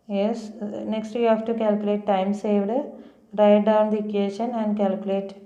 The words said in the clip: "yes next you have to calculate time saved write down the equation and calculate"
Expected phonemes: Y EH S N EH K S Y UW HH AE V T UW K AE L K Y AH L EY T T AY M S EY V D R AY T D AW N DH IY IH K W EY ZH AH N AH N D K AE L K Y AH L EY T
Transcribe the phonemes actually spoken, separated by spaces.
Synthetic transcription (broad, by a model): Y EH S N EH K S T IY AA F T UW K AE L K Y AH L EY T T AY M S EY V D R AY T D AW N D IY K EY SH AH N AH N D K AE L K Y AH L EY T